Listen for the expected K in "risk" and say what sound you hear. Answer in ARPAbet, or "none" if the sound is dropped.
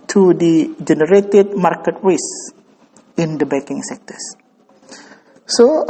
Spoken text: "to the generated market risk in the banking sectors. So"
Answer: none